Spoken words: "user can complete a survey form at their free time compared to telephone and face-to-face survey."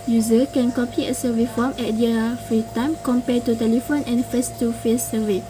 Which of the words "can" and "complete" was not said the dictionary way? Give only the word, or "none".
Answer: complete